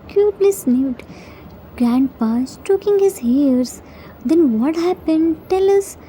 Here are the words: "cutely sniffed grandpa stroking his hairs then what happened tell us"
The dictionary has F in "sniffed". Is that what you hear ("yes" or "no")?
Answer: no